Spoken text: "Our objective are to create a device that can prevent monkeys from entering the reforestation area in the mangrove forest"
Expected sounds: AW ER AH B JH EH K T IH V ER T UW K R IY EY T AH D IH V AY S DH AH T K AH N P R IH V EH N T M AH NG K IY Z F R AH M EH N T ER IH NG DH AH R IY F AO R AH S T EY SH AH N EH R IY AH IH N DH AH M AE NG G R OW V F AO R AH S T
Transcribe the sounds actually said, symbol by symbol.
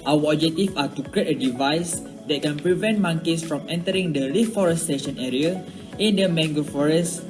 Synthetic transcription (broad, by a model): AW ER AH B JH EH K T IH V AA T UW K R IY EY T AH D IH V AY S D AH T K AH N P R IH V EH N T M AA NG K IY S F R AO M EH N T ER IH NG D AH R IY F AO R AH S T EY SH AH N EH R IY AH IH N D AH M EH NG G OW F AO R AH S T